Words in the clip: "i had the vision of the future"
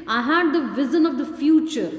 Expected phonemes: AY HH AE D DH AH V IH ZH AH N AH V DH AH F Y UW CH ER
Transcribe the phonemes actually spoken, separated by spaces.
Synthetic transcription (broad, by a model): AY HH AE D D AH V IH Z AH N AH V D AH F Y UW CH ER